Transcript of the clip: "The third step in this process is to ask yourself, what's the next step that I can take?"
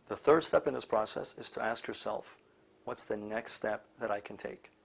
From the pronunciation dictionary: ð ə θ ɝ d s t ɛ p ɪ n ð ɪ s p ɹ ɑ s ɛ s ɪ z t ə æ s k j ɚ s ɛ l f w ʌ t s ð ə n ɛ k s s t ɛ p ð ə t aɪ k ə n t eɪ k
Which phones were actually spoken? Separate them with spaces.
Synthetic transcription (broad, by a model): ð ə θ ɝ d s t ɛ p ɪ n ð ɪ s p ɹ ɑ s ɛ s ɪ z t ə æ s k j ɚ s ɛ l f w ʌ t s ð ə n ɛ k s s t ɛ p ð ə t aɪ k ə n t eɪ k